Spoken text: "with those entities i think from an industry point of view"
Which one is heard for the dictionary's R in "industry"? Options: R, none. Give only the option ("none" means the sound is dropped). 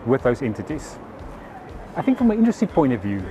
none